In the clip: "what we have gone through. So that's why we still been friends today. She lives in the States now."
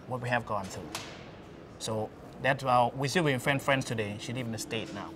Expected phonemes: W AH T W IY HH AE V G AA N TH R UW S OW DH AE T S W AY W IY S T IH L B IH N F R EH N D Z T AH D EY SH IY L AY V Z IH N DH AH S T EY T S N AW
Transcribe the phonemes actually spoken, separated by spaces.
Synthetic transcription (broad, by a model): W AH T W IY HH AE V G AA N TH R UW S OW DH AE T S W AY W IY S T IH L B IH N F R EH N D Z T AH D EY SH IY L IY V IH N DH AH S T EY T N AW